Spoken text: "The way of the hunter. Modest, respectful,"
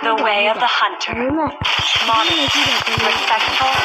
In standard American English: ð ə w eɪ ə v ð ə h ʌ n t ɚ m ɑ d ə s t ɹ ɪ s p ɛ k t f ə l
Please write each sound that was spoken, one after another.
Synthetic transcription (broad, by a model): ð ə w eɪ ə v ð ə h ʌ n t ɚ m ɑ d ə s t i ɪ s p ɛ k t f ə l